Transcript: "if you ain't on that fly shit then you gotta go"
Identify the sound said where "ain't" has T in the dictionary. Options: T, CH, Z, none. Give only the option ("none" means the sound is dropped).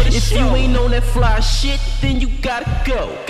none